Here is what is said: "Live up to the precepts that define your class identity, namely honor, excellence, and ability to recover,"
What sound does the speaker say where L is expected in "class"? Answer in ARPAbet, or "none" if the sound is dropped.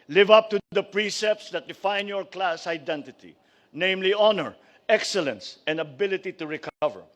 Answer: L